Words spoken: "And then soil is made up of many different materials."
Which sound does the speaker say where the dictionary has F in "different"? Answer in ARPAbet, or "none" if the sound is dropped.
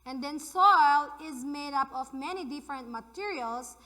F